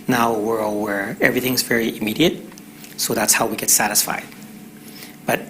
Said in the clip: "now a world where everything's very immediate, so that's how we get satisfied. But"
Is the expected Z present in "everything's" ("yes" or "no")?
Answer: yes